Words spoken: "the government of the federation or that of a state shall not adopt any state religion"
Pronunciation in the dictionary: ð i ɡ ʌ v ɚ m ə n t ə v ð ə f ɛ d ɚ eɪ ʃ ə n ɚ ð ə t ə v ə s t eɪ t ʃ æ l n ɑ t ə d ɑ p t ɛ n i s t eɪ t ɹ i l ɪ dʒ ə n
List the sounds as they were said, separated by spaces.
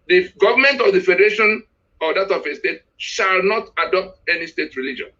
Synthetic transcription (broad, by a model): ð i ɡ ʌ v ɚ m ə n t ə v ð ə f ɛ d ɚ eɪ ʃ ə n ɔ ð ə t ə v ə s t eɪ t ʃ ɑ l n ɑ t ə d ɑ p t ɛ n i s t eɪ t ɹ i l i dʒ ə n